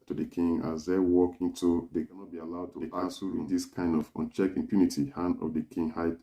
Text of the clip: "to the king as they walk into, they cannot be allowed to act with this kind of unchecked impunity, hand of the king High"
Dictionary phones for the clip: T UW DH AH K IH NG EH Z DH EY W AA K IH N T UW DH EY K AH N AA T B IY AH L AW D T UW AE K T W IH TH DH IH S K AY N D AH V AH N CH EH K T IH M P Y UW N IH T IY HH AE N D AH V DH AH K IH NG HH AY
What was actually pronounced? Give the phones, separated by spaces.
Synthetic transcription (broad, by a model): T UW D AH K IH NG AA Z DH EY W AA K IH N T UW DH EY K AH N AA T B IY AH L AW D T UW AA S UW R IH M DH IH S K AY N D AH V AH N CH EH K IH M P Y UW N IH T IY HH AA N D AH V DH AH K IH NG HH AY